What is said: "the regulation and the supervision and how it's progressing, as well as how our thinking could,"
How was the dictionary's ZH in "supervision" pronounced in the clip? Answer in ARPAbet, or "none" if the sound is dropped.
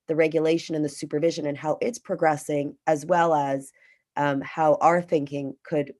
ZH